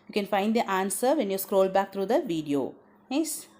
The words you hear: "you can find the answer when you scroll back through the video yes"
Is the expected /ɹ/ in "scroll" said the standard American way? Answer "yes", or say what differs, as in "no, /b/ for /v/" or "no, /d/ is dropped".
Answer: yes